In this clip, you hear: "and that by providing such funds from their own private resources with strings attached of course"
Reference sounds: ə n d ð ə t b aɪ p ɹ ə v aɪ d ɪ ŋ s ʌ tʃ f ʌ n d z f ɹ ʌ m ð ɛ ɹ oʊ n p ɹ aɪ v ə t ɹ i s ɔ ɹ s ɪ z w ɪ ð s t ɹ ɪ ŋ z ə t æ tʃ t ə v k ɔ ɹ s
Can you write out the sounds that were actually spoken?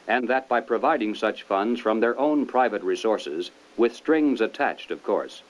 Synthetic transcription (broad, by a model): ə n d ð ə t b aɪ p ɹ ə v aɪ d ɪ ŋ s ʌ tʃ f ʌ n d z f ɹ ʌ m ð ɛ ɹ oʊ n p ɹ aɪ v ə t ɹ i s ɔ ɹ s ɪ z w ɪ ð s t ɹ ɪ ŋ z ə t æ tʃ t ə v k ɔ ɹ s